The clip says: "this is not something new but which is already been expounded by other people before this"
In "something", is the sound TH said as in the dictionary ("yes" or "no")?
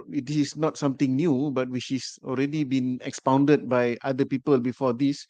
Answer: no